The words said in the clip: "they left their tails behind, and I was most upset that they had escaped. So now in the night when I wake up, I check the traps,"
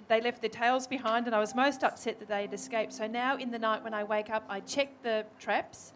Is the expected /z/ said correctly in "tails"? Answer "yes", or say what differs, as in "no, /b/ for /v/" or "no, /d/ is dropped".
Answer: yes